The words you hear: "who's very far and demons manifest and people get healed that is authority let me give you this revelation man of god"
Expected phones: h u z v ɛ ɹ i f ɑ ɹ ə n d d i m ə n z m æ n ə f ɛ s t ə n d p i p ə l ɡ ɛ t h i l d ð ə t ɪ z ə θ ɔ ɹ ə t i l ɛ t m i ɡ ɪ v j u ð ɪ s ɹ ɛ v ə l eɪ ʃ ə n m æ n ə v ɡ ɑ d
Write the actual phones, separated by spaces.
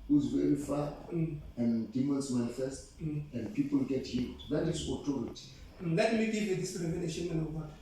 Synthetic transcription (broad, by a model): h u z v ɛ ɹ i f ɑ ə n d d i m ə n s m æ n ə f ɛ s t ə n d p i p ə l ɡ ɛ t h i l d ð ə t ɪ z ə t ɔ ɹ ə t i l ɛ t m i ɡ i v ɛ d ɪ s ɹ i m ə n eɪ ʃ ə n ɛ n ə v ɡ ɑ